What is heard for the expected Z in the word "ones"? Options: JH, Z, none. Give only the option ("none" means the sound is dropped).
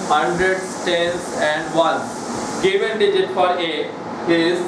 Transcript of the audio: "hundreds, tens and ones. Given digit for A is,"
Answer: none